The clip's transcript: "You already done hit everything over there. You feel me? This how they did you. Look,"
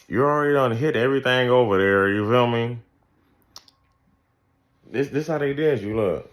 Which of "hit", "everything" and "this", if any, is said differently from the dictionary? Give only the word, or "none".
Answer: none